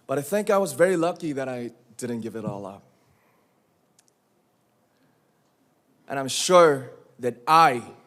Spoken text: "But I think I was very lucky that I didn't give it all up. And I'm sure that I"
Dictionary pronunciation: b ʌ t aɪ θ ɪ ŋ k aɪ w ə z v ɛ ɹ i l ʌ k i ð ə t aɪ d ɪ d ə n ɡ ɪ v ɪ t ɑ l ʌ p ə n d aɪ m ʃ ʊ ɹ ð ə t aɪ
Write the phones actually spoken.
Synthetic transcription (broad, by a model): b ʌ t aɪ θ ɪ ŋ k aɪ w ə z v ɛ ɹ i l ʌ k i ð ə t aɪ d ɪ d n ɡ ɪ v ɪ t ɑ l ʌ p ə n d aɪ m ʃ ʊ ɹ ð ə t aɪ